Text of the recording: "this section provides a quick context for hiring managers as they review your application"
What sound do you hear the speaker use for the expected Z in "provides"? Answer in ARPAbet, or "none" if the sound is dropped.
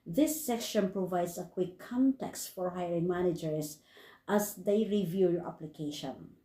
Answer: S